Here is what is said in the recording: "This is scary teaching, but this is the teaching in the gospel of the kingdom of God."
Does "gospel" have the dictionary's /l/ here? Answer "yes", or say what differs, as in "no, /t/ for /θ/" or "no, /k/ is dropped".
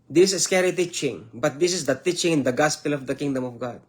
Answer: yes